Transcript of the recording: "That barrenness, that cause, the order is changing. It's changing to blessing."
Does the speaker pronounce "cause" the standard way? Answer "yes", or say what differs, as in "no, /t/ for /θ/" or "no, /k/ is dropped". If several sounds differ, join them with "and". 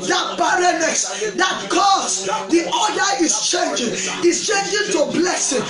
no, /s/ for /z/